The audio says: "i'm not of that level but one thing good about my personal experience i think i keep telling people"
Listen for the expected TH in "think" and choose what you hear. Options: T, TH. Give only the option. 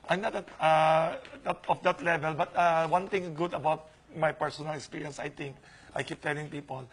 T